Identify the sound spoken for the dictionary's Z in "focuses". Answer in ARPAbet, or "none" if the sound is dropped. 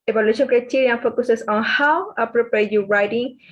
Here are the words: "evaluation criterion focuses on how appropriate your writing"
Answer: S